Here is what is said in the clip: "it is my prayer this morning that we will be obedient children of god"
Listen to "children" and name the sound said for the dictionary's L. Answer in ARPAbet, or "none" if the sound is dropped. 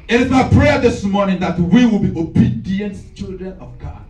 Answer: L